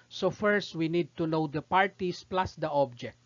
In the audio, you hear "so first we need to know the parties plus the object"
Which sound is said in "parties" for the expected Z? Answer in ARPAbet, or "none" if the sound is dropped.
S